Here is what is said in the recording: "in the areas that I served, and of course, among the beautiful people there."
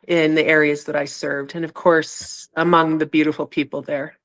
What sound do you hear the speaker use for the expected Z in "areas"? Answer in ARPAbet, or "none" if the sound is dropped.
Z